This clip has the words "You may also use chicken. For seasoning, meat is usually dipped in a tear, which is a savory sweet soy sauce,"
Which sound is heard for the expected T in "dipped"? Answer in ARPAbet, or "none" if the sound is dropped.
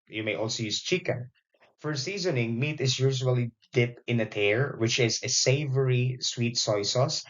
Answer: none